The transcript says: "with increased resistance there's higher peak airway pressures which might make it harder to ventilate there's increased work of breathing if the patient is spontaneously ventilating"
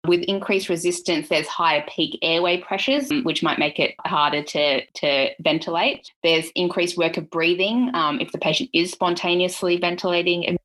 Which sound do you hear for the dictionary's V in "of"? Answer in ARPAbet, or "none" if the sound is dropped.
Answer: V